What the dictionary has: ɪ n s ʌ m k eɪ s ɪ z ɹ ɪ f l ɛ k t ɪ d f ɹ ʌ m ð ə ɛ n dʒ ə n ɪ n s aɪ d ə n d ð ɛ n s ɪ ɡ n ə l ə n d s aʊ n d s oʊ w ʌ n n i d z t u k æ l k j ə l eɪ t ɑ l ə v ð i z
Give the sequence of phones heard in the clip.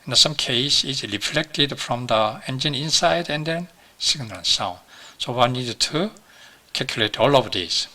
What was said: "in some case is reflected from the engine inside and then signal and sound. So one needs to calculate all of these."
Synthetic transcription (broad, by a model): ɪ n s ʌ m k eɪ s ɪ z ɹ ɪ f l ɛ k t ɪ d f ɹ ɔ m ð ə ɛ n dʒ ə n ɪ n s aɪ d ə n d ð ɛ n s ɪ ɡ n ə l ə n s aʊ n d s oʊ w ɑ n n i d t u k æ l k j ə l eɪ t ɑ l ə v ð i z